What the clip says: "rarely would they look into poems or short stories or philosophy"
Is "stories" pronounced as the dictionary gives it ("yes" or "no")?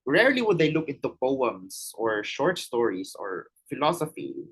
no